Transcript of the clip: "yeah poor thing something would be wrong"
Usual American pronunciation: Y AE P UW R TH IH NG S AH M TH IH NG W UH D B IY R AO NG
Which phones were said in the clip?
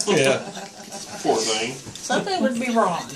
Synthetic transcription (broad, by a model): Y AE F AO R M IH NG S AH M TH IH NG W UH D B IY R AO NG